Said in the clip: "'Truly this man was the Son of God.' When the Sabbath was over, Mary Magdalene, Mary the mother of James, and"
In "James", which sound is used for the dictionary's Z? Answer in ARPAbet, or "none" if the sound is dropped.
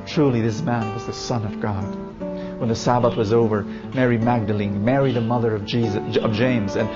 Z